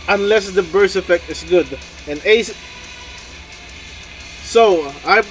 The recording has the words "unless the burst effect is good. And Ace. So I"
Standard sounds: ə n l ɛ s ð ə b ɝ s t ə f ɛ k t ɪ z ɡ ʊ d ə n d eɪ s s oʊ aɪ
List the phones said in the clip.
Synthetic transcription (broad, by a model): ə n l ɛ s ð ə b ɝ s ə f ɛ k t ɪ s ɡ ʊ d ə n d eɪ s s oʊ aɪ